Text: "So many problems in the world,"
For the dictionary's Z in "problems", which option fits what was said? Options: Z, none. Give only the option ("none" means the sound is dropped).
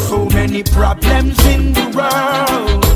Z